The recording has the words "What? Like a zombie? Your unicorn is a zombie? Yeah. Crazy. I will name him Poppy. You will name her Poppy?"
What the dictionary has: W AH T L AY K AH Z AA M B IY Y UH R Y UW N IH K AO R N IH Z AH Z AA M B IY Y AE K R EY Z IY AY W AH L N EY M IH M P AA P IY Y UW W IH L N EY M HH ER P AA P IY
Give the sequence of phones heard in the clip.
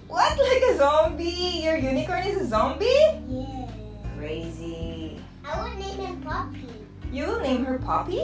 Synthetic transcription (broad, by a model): W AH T L AY K AH Z AA M B IY Y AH R Y UW N IH K AO R N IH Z AH Z AA M B IY Y AE K R EY Z IY AY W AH N EY M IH P AA P IY Y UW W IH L N EY M HH ER P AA P IY